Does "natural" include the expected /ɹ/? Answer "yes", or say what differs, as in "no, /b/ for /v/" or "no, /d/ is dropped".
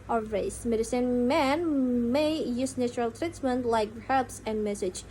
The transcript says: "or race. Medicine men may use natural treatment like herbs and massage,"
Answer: yes